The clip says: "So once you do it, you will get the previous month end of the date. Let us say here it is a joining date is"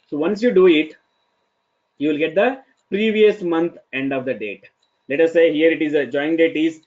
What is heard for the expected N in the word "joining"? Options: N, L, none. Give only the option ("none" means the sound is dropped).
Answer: none